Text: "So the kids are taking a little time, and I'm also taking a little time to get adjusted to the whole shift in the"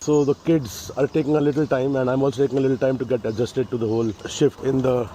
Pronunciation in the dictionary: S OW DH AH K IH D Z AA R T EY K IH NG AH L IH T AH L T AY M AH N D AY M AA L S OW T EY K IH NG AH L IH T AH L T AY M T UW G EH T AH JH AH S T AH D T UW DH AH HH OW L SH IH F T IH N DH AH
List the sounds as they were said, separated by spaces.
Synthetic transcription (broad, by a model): S OW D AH K IH D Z AA R T EY K IH NG AH L IH T AH L T AY M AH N D AY M AA L S OW T EY K IH NG AH L IH T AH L T AY M T UW G EH T AH JH AH S T AH D T UW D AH HH OW L SH IH F T IH N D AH